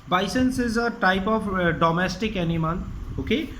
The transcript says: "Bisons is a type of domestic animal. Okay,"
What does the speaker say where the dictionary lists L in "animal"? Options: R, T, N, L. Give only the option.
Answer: N